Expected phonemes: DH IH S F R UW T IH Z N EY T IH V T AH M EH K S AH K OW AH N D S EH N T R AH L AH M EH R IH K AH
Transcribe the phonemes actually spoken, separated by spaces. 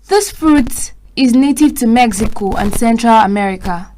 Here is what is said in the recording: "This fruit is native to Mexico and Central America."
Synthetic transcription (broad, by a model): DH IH S F R UW T IH Z N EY T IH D T AH M EH K S AH K OW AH N S EH N T R AH L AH M EH R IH K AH